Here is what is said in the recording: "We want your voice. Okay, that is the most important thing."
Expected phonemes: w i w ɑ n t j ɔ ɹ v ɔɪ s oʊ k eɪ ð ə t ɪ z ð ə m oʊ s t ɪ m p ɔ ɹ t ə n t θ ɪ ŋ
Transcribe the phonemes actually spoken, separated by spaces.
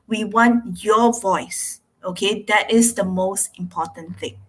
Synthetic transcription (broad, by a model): w i w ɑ n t j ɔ v ɔɪ s oʊ k eɪ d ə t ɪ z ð ə m oʊ s t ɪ m p ɔ t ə n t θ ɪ ŋ